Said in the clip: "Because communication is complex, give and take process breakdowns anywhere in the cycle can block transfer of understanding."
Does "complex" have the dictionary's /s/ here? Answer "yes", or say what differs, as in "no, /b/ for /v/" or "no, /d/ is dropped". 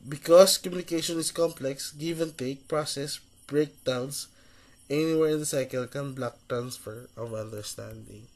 yes